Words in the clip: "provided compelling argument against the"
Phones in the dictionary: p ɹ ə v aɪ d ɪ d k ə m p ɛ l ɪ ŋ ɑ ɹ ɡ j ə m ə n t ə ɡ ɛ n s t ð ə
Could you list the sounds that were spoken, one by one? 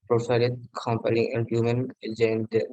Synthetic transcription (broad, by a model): p ɹ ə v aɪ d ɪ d k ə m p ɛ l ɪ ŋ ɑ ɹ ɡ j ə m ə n ə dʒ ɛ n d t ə